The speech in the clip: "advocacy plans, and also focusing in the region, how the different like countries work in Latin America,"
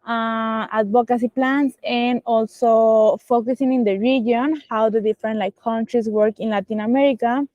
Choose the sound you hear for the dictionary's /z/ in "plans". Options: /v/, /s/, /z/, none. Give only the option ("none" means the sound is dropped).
/s/